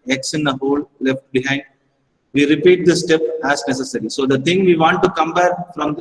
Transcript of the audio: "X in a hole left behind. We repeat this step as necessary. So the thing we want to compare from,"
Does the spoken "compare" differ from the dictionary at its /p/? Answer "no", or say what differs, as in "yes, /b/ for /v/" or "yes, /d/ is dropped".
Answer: yes, /b/ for /p/